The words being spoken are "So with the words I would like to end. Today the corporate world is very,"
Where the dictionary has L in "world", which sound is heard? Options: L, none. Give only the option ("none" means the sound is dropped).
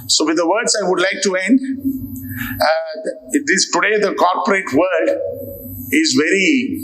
none